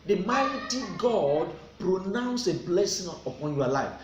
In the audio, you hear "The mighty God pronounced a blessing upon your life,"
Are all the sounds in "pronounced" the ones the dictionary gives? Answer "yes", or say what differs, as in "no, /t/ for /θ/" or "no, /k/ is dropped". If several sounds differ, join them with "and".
no, /t/ is dropped